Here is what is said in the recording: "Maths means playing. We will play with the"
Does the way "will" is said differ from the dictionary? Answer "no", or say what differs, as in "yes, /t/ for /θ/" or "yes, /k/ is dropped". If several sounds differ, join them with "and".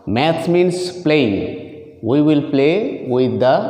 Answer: no